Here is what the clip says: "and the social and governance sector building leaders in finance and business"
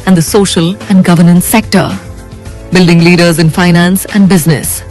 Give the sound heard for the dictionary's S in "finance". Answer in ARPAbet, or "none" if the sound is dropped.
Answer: S